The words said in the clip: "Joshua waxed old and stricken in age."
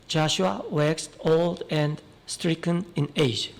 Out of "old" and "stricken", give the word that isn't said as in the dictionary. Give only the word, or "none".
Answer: none